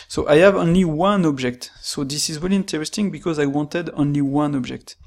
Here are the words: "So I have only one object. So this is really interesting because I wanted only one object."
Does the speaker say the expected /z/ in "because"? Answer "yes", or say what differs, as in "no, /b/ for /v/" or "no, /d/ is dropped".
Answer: yes